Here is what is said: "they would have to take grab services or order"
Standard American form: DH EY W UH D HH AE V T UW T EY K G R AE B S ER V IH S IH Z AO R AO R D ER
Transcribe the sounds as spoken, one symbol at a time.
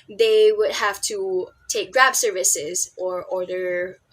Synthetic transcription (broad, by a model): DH EY W UH D HH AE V T UW T EY K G R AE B S ER V IH S IH Z AO R AO R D ER